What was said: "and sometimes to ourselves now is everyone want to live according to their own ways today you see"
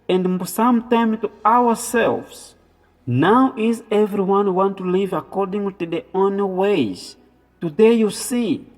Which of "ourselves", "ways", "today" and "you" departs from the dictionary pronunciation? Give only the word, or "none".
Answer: ourselves